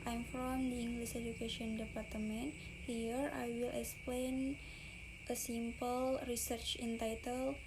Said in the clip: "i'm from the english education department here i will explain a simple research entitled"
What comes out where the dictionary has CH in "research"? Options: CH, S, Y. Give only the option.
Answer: CH